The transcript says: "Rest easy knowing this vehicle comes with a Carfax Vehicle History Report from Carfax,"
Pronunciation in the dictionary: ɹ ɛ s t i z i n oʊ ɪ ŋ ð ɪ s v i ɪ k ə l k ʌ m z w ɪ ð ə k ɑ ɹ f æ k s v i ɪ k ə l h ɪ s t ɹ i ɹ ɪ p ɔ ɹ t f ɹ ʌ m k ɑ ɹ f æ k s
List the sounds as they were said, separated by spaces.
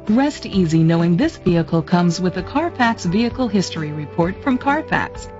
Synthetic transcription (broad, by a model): ɹ ɛ s t i z i n oʊ ɪ ŋ ð ɪ s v i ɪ k l k ʌ m z w ɪ ð ə k ɑ ɹ f æ k s v i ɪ k l h ɪ s t ɹ i ɹ ɪ p ɔ ɹ t f ɹ ʌ m k ɑ ɹ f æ k s